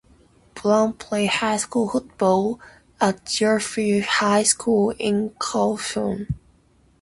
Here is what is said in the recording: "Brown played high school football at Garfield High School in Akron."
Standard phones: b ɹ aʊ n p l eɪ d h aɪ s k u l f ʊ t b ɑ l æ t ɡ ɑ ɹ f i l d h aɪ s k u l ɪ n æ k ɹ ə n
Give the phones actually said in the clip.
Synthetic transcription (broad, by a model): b l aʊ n p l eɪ h aɪ s k u l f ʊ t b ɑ l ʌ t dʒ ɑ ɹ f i h aɪ s k u l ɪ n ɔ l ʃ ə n